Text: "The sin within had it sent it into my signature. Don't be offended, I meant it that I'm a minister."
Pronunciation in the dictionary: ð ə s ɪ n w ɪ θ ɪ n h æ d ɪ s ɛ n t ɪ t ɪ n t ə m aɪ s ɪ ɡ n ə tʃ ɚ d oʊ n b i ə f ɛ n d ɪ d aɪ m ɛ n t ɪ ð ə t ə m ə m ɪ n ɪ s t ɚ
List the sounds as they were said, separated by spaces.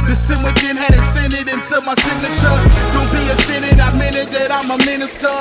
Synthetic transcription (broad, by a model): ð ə s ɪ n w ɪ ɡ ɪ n h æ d ɪ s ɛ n ɪ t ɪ n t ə m aɪ s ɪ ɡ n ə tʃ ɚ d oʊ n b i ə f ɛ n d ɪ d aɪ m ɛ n ɪ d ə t ə m ə m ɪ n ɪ s t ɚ